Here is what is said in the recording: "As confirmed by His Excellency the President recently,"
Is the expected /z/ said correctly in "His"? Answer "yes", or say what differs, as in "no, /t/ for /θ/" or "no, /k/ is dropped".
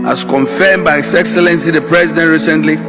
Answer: no, /s/ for /z/